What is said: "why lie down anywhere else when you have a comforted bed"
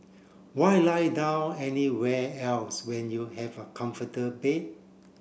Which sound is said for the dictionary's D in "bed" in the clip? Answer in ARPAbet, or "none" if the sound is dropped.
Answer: none